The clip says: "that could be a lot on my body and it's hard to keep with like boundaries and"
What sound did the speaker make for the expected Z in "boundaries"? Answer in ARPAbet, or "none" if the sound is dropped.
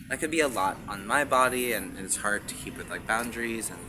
Z